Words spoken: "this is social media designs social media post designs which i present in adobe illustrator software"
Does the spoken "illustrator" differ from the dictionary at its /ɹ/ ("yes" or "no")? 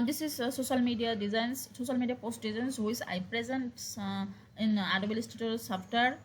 yes